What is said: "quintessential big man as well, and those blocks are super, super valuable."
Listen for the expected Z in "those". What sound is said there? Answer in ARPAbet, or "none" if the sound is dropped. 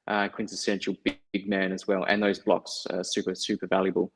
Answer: Z